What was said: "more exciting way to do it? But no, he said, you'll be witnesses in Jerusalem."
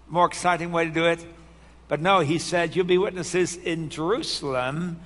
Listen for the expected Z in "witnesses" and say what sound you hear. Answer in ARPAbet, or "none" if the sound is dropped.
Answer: Z